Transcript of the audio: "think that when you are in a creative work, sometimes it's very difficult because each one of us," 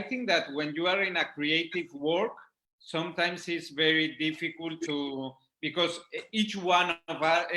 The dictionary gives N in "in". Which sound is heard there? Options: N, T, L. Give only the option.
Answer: N